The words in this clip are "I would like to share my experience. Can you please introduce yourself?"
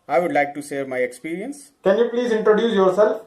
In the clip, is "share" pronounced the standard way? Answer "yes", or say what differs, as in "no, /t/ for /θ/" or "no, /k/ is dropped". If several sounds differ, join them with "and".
no, /s/ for /ʃ/